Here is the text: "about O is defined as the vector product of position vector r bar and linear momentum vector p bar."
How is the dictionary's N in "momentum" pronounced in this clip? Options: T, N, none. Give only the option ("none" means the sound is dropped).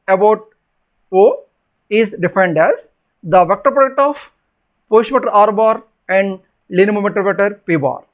none